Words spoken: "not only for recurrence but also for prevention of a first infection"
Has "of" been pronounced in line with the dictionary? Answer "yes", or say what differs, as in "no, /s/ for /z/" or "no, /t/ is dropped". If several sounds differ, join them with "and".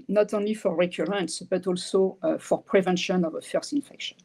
yes